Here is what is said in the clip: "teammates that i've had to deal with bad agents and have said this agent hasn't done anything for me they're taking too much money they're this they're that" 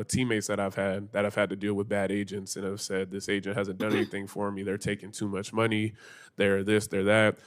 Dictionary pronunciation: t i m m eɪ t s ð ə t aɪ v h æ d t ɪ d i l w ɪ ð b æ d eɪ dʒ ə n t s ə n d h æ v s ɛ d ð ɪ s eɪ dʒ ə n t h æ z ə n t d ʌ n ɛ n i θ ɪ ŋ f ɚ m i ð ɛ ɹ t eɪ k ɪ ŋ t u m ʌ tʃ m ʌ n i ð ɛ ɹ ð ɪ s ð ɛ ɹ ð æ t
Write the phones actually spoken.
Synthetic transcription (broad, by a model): t i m m eɪ t s ð ə t aɪ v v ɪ d t ɪ d i l w ɪ ð b æ d eɪ dʒ ə n t s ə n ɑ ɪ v s ɛ d ð ɪ s eɪ dʒ ə n t h æ z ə n d ʌ n ɛ n i θ ɪ ŋ f ɚ m i ð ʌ ɹ t eɪ k ɪ ŋ t u m ʌ tʃ m ʌ n i ð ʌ ɹ ð ɪ s ð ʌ ɹ ð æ t